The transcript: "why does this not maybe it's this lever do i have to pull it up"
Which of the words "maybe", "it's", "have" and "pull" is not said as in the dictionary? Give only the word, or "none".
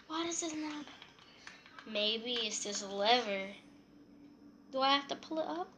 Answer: have